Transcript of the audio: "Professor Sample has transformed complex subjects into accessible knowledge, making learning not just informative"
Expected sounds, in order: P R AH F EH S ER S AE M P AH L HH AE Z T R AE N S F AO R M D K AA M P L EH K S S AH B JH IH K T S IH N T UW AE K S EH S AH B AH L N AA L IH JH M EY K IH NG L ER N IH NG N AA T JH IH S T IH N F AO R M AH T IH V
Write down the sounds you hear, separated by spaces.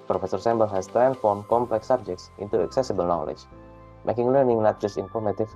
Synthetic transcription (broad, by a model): P R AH F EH S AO S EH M B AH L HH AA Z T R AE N F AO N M K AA M P L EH K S S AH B JH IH K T S IH N T UW AE K S EH S AH B AH L N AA L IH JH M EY K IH NG L ER N IH NG N AA T JH IH S T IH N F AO R M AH T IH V